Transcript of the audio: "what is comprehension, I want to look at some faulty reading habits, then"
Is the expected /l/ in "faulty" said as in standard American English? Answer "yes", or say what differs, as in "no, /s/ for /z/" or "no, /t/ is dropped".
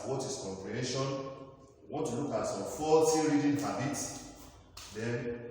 no, /l/ is dropped